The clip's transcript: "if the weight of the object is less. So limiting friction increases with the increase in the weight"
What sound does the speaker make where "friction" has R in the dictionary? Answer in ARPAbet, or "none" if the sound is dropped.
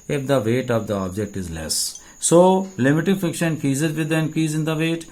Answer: none